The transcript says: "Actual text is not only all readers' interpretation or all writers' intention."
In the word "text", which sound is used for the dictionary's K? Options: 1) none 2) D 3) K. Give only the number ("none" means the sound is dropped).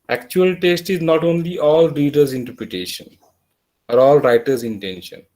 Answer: 1